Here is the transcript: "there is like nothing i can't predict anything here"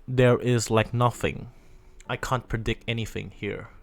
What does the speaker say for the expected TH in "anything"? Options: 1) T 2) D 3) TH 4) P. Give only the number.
3